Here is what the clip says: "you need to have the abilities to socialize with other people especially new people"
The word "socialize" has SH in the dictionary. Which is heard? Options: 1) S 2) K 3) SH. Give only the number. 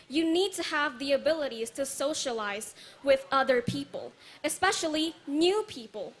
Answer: 3